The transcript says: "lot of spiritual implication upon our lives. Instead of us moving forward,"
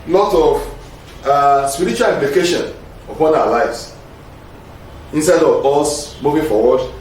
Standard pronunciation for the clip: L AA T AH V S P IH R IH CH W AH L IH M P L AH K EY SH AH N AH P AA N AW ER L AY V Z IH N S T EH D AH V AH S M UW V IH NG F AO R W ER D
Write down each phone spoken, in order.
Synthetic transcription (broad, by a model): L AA T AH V S P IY R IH CH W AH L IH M P L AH K EY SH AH N AH P AA N AW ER L AY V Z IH N S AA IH D AH V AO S M UW V IH NG F AO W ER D